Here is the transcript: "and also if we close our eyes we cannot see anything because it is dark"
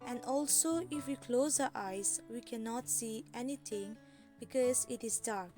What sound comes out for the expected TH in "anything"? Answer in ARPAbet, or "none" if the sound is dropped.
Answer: T